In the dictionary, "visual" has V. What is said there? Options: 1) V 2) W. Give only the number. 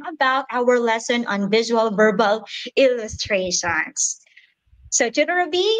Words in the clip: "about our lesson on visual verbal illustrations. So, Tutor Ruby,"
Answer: 1